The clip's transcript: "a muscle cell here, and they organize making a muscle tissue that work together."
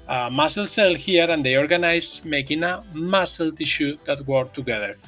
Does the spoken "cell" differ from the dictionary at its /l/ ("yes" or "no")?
no